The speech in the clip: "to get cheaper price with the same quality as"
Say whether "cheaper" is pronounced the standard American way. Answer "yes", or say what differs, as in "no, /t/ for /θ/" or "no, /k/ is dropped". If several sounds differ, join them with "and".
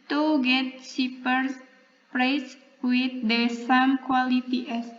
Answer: no, /s/ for /tʃ/